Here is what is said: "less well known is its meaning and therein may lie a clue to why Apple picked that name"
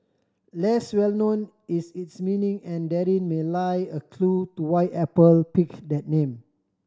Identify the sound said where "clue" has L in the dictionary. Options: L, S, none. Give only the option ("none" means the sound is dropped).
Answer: L